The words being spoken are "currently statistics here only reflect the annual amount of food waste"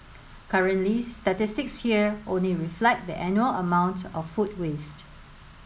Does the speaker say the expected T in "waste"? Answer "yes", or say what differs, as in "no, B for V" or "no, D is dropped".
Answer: yes